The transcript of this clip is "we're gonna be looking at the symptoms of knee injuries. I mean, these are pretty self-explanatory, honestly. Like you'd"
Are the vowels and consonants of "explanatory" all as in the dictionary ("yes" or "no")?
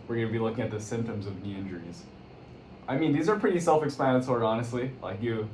no